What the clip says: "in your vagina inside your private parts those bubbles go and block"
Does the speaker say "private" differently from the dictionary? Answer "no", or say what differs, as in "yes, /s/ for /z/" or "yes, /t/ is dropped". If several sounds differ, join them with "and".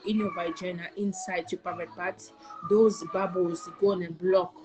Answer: yes, /ɹ/ is dropped